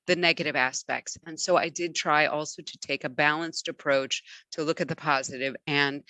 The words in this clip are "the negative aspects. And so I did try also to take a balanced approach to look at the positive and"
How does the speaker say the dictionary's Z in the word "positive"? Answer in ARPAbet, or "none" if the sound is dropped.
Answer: Z